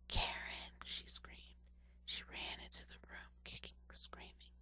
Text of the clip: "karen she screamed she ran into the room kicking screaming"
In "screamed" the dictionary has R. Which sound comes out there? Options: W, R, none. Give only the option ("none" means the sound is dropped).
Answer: R